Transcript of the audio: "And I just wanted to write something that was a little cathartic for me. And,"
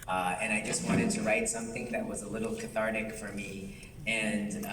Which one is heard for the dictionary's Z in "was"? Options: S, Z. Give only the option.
Z